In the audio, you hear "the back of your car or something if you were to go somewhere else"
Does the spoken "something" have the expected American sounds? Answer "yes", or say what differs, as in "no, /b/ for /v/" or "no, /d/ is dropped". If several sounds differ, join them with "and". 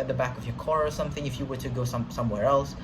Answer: yes